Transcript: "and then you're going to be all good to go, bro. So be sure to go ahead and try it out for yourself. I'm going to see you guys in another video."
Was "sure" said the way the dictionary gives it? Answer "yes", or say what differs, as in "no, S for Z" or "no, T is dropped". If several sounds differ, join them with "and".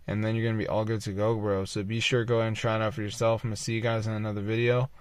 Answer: yes